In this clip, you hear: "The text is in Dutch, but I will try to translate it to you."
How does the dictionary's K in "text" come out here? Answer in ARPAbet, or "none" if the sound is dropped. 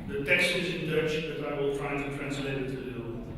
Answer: none